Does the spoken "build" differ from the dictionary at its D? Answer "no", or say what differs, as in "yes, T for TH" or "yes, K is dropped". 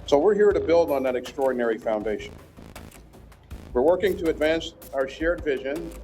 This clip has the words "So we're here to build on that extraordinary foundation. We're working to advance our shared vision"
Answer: no